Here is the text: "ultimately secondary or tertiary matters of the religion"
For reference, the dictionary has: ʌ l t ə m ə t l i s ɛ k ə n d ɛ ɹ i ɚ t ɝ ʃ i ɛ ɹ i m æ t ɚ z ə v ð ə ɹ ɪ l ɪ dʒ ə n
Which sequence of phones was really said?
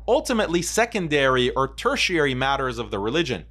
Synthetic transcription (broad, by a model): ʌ l t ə m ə t l i s ɛ k ə n d ɛ ɹ i ɚ t ɝ ʃ i ɛ ɹ i m æ t ɚ z ə v ð ə ɹ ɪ l ɪ dʒ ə n